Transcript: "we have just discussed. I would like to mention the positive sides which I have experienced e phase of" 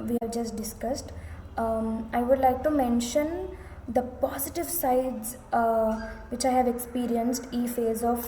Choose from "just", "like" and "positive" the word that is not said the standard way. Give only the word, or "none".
none